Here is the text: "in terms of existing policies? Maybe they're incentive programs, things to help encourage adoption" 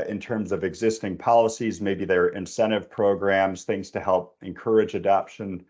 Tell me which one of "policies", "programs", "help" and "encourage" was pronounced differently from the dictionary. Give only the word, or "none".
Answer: none